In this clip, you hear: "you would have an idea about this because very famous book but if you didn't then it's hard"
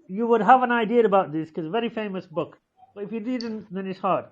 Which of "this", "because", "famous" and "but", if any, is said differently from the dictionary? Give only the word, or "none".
because